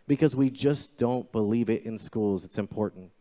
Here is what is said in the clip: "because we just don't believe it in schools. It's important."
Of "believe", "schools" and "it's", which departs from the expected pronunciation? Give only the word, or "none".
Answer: none